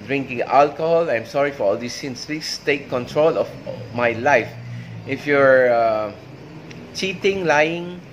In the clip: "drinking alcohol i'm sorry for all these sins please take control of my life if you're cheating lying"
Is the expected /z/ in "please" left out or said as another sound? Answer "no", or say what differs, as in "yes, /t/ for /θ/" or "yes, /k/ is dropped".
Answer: yes, /s/ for /z/